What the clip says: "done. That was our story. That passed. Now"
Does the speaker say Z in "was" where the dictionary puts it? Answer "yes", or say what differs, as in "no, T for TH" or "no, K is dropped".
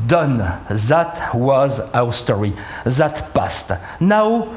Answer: yes